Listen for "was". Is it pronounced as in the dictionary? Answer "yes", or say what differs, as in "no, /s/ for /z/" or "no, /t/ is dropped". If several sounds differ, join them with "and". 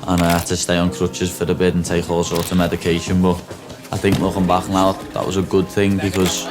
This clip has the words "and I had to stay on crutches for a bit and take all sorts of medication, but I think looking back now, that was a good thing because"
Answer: yes